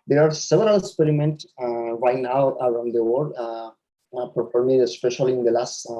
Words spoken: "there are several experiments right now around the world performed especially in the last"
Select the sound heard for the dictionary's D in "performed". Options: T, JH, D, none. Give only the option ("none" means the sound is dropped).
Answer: none